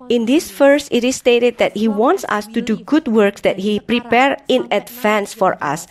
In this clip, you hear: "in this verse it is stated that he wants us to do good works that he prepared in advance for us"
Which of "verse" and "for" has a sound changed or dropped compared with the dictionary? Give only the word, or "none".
verse